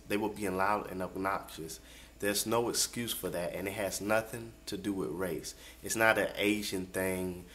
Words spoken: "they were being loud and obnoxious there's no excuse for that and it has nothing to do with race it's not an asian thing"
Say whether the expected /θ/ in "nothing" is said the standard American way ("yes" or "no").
yes